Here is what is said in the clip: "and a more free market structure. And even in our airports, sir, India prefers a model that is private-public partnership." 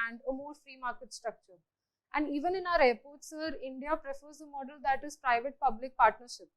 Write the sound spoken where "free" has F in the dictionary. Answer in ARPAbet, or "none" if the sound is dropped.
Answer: F